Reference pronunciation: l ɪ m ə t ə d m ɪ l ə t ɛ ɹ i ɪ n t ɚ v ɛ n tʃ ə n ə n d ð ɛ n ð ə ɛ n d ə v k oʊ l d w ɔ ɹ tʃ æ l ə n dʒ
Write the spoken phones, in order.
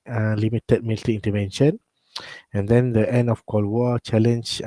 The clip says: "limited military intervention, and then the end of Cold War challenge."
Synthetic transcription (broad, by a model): l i m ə t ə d m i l t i i n t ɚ v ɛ n ʃ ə n ə n d ɛ n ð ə ɛ n d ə f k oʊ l w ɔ tʃ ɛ l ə n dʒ